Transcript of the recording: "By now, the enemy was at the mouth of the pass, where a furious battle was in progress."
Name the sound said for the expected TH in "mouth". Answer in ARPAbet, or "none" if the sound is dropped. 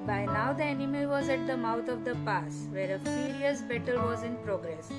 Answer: T